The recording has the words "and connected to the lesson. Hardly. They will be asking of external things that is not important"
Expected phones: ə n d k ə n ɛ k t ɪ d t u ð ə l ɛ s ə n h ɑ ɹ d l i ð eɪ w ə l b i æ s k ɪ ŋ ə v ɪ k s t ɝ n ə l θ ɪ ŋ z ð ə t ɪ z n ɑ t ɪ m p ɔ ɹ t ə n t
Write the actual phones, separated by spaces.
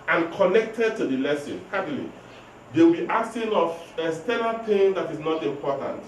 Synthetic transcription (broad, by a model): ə n k ə n ɛ k t ɪ d t u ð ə l ɛ s ə n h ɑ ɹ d l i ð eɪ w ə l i s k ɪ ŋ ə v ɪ s t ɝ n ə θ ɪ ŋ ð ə t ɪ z n ɑ t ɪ m p ɔ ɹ t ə n t